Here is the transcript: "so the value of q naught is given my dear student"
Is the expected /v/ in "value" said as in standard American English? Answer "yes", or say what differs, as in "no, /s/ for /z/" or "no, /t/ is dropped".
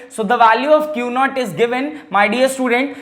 yes